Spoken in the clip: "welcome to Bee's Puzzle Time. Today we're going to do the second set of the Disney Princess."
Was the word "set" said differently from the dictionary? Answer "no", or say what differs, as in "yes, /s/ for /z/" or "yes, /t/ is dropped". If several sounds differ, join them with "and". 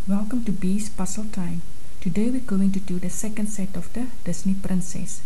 no